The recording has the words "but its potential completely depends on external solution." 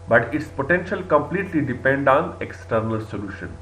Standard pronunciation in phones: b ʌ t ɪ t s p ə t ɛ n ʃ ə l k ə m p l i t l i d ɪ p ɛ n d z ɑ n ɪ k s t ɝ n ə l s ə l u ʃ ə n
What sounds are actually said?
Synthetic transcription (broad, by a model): b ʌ t ɪ t s p ə t ɛ n ʃ ə l k ə m p l i t l i d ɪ p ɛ n d ɑ n ɪ k s t ɝ n ə l s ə l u ʃ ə n